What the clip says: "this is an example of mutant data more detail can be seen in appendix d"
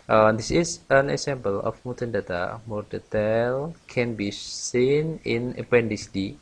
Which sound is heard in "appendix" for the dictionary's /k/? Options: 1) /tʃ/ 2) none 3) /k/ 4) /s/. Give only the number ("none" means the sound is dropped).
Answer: 2